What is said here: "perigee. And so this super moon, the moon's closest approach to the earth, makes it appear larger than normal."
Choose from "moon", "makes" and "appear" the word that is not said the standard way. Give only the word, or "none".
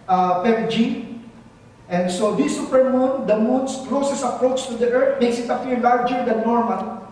appear